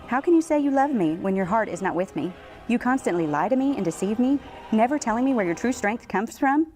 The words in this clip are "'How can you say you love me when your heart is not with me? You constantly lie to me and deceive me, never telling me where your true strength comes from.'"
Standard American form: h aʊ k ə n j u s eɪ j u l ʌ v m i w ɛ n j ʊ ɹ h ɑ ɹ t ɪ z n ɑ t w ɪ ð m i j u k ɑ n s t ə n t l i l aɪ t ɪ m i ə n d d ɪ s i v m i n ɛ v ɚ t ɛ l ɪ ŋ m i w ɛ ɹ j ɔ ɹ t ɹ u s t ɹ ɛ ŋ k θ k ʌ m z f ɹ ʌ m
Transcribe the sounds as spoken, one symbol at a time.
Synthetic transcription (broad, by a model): h aʊ k ə n j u s eɪ j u l ʌ v m i w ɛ n j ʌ ɹ h ɑ ɹ t ɪ z n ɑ t w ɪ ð m i j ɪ k ɑ n s t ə n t l i l aɪ t ɪ m i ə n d d ɪ s i v m i n ɛ v ɚ t ɛ l ɪ ŋ m i w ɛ ɹ j ɔ ɹ t ɹ u s t ɹ ɛ ŋ k θ k ʌ m z f ɹ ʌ m